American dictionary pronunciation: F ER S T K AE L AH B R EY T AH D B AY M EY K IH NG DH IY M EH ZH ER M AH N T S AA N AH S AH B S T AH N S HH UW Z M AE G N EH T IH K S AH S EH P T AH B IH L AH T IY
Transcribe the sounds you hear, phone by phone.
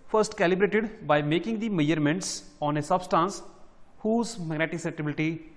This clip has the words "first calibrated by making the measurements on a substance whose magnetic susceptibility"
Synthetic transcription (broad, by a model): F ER S T K AE L AH B R EY T AH D B AY M EY K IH NG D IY M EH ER M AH N T S AA N AH S AH B S T AH N S HH UW Z M AE G N EH T IH K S S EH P T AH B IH L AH T IY